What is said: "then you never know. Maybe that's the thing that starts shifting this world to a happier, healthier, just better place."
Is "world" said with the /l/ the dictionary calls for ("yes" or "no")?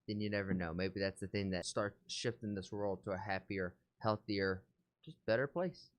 yes